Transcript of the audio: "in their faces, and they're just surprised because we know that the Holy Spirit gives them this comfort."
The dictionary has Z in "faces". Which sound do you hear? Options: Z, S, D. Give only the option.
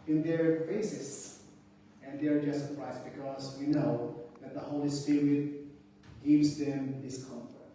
S